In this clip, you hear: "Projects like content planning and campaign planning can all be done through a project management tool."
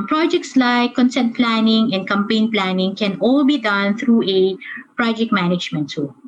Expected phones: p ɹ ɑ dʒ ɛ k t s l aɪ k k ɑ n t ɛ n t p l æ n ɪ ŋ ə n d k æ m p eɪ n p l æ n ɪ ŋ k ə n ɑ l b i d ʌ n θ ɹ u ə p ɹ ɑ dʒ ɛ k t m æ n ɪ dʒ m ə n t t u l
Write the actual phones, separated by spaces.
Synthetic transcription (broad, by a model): p ɹ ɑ dʒ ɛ k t s l aɪ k k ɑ n s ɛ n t p l æ n ɪ ŋ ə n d k æ m p eɪ n p l æ n ɪ ŋ k ə n ɑ l b i d ʌ n t ɹ u ə p ɹ ɑ dʒ ɛ k t m æ n ɪ dʒ m ə n t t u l